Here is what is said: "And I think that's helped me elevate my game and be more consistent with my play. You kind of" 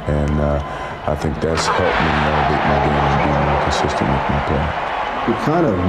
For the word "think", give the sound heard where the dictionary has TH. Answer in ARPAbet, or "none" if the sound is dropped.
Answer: TH